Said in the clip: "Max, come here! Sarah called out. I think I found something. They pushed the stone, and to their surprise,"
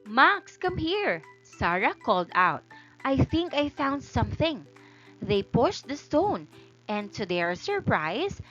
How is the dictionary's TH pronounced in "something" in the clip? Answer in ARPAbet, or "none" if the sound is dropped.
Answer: TH